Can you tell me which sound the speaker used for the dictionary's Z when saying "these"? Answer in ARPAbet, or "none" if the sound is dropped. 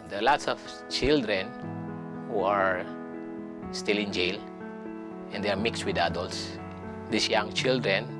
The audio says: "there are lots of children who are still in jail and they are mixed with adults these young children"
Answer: S